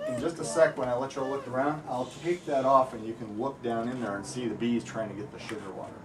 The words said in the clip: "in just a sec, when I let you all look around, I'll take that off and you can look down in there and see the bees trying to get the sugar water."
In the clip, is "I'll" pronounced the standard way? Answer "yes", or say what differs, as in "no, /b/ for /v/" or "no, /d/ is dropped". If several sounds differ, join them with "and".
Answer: yes